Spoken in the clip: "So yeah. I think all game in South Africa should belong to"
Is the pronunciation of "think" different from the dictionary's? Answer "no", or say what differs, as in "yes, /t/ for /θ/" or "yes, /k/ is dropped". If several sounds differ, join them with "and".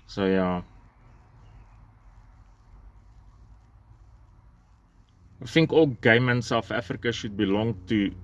yes, /f/ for /θ/